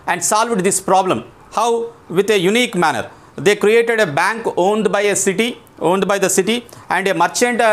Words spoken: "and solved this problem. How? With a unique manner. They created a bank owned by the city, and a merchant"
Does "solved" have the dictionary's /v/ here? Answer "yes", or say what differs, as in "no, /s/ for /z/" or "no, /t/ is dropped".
yes